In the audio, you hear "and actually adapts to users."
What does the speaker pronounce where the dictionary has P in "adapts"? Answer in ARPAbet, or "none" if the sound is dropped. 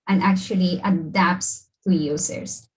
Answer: P